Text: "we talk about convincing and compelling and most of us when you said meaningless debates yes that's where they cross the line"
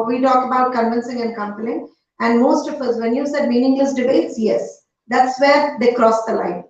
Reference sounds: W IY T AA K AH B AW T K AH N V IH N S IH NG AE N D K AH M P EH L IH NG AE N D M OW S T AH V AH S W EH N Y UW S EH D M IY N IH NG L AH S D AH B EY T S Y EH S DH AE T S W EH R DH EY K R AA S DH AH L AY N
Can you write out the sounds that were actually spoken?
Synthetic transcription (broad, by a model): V IY T AA K AH B AW T K AH N V IH N S IH NG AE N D K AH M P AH L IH NG AE N D M OW S T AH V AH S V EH N Y UW S EH D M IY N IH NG N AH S D AH B EY T S Y EH S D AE T S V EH R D EY K R AA S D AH L AY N